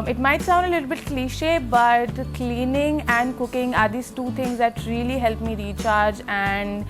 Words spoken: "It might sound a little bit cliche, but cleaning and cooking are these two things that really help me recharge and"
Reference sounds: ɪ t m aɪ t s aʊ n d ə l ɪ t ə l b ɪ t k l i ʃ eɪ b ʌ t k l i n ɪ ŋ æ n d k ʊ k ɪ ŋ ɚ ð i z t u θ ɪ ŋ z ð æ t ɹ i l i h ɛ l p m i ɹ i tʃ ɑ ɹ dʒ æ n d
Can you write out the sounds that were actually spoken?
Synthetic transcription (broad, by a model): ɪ t m aɪ t s aʊ n d ə l ɪ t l b ɪ t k l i ʃ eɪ b ʌ t k l i n ɪ ŋ æ n d k ʊ k ɪ ŋ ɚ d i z t u t ɪ ŋ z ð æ t ɹ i l i h ɛ l p m i ɹ i tʃ ɑ ɹ dʒ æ n d